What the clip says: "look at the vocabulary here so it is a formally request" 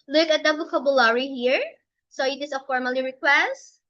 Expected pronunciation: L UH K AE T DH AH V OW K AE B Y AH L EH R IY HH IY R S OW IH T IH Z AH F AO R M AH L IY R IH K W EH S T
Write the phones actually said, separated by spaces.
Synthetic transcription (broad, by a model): L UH K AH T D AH B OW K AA B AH L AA R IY HH IY R S OW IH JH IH S AH F AO R M AH L IY R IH K W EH S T